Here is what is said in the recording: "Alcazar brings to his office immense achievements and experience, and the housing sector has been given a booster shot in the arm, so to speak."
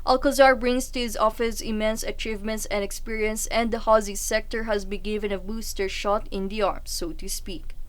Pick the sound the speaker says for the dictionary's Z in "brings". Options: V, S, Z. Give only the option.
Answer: S